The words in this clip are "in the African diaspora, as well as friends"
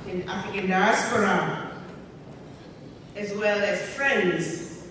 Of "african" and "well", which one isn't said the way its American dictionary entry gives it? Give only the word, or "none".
african